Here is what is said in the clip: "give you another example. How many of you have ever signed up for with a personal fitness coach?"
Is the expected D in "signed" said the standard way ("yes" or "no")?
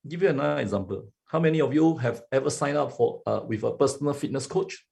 no